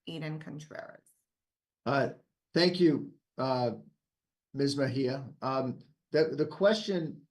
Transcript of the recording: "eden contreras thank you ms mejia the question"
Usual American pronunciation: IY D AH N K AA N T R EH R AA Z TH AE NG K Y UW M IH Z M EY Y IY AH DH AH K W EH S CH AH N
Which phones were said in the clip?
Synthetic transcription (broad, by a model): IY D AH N K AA N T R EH R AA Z TH AE NG K Y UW M IH Z M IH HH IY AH DH AH K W EH S CH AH N